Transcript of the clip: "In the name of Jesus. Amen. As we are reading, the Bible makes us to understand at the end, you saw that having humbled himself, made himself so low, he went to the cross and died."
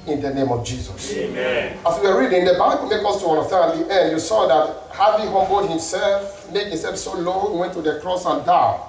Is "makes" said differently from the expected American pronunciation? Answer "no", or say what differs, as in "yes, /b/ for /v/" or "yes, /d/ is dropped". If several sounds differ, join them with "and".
yes, /s/ is dropped